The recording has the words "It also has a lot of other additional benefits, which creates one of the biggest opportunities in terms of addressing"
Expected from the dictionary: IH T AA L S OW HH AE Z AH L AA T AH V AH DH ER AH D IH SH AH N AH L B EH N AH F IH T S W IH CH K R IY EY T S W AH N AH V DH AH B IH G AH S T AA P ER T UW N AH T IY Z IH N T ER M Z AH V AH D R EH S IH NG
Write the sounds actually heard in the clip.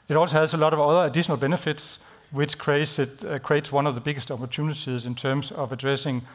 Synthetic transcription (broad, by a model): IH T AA L S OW HH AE S AH L AA T AH V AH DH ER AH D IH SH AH N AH L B EH N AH F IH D S W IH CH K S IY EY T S W AH N AH V DH AH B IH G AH S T AA P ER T UW N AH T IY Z IH N S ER M S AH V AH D R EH S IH NG